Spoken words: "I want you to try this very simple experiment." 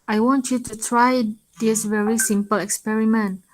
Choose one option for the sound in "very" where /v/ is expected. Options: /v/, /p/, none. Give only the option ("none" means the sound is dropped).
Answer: /v/